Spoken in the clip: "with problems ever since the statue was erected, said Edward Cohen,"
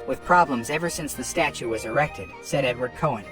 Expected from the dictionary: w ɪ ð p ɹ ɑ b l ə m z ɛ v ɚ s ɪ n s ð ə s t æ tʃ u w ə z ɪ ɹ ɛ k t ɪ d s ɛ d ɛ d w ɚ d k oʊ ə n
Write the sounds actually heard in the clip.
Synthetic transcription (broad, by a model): w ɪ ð p ɹ ɑ b l ə m z ɛ v ɚ s ɪ n s ð ə s t æ tʃ u w ə z ɪ ɹ ɛ k t ɪ d s ɛ d ɛ d w ɚ d k oʊ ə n